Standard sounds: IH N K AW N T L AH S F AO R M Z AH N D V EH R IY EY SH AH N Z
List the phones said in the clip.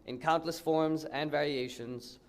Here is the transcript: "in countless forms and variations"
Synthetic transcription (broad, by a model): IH N K AW N T L AH S F AO R M Z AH N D V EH R IY EY SH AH N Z